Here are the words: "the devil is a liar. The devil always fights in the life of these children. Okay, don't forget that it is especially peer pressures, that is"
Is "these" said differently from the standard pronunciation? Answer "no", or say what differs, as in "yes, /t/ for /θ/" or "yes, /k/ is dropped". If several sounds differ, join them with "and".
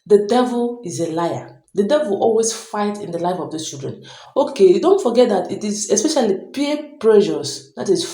yes, /z/ is dropped